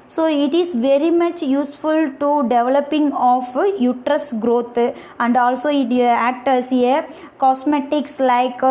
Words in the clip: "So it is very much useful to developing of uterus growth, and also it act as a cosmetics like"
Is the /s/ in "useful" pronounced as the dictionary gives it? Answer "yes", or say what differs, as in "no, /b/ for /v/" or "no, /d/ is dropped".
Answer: yes